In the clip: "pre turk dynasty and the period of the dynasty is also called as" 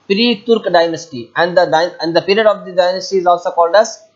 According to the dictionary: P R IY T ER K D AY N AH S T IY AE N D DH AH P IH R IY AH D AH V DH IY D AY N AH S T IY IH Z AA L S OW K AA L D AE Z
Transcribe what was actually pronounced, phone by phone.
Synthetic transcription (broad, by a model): P R IY T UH K D AY N AH S T IY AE N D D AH P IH R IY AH D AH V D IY D AY N AH S T IY IH Z AA L S OW K AA L D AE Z